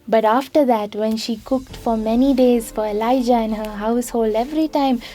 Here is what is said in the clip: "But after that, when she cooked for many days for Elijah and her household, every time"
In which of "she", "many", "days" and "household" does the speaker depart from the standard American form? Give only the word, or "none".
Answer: none